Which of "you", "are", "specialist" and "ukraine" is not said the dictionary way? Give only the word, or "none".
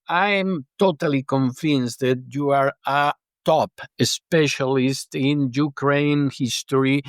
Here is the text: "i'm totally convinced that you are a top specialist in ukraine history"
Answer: none